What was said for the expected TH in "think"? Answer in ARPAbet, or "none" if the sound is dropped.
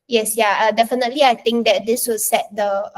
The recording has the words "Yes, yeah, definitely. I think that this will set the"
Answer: T